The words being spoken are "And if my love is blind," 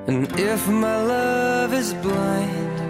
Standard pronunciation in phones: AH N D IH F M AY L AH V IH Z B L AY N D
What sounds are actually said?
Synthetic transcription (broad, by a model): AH N IH F M AY L AH V IH Z B L AY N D